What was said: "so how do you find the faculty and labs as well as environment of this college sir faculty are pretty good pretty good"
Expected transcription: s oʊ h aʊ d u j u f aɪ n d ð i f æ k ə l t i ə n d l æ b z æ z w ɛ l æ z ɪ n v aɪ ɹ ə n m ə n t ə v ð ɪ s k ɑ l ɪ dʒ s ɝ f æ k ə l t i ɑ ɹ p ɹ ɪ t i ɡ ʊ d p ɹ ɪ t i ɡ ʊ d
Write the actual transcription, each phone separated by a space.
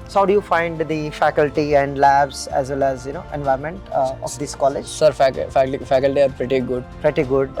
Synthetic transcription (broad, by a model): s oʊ h aʊ d u j u f aɪ n d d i f æ k ə l t i ə n d l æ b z æ z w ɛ l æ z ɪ n v aɪ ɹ m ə n t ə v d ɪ s k ɑ l ɪ dʒ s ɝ f æ k ə l t i ɑ ɹ p ɹ ɪ t i ɡ ʊ d p ɹ ɪ t i ɡ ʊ d